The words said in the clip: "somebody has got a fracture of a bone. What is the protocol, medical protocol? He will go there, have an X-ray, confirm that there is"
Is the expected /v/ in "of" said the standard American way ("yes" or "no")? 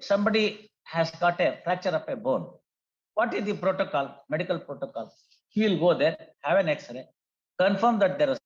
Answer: no